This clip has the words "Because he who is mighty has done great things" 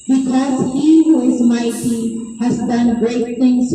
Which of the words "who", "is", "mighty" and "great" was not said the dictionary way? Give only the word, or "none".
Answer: none